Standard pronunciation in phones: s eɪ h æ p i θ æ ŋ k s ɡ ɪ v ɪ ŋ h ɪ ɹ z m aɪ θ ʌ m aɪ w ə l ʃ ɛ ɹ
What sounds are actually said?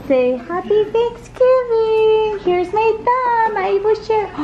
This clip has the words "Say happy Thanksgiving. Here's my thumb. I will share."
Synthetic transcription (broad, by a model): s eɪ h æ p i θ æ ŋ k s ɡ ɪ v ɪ h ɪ ɹ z m aɪ t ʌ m aɪ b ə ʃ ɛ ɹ